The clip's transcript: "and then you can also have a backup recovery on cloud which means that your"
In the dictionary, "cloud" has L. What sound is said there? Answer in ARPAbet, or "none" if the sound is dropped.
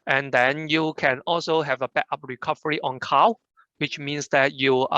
none